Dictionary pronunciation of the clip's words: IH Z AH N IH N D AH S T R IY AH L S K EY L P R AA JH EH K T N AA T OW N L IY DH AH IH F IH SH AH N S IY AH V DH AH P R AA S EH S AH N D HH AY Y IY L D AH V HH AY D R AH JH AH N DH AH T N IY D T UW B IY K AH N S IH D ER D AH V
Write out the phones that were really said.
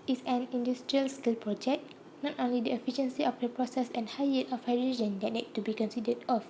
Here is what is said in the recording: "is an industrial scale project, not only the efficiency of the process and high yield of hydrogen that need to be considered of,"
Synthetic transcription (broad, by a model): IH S AH N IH N D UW S T R IY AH L S K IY L P R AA JH EH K N AA T OW N L IY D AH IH F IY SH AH N S IY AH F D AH P R AA S EH S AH N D HH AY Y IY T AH F HH AY D R AH JH AH N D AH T N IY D T UW B IY K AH N S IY D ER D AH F